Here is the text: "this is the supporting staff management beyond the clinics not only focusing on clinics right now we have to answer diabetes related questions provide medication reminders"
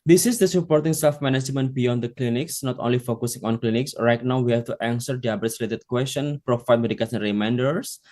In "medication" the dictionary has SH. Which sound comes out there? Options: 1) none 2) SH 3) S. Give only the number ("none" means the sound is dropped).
3